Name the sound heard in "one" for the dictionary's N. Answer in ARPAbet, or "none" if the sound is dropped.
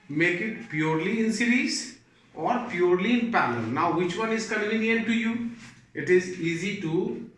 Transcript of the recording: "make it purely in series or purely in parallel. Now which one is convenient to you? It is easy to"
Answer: N